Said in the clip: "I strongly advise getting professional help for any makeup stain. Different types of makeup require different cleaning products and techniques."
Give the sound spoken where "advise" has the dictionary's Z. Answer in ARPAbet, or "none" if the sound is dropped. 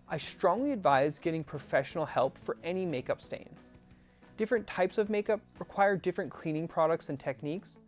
Z